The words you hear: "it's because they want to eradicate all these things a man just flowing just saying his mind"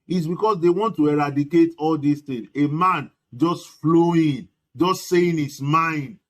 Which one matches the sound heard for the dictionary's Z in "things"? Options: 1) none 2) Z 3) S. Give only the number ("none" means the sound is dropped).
1